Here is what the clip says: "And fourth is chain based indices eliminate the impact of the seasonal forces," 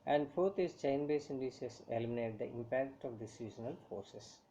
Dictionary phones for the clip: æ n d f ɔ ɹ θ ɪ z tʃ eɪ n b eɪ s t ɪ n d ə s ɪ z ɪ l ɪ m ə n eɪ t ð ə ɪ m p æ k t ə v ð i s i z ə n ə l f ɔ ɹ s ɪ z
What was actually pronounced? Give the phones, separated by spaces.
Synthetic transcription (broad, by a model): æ n d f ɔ ɹ t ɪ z tʃ eɪ n b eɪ s ɪ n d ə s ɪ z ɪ l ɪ m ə n eɪ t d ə ɪ m p æ k t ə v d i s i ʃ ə n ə l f ɔ ɹ s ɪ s